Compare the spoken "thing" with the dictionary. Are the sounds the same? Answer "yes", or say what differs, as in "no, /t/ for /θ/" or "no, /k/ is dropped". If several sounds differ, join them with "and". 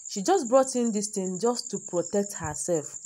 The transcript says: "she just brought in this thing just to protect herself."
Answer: no, /t/ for /θ/